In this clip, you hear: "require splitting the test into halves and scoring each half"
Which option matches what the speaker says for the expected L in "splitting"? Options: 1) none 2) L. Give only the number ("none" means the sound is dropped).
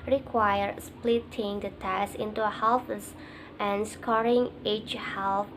2